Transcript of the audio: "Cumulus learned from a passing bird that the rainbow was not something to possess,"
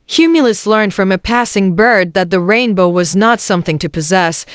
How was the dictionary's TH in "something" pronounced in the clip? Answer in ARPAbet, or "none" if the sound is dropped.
TH